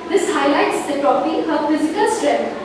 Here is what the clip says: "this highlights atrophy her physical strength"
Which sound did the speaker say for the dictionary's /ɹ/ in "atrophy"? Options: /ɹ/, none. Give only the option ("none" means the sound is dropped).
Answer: none